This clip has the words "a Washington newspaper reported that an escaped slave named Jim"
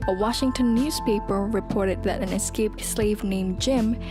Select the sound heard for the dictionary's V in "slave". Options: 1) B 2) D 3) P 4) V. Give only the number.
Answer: 4